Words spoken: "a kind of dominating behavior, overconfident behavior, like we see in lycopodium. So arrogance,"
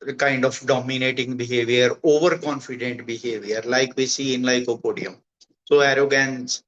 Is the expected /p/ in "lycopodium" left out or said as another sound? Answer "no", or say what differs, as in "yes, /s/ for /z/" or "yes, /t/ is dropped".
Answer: no